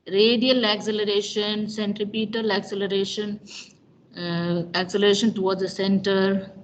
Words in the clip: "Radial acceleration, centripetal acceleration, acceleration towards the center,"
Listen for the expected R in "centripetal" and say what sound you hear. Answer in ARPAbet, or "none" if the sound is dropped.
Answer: R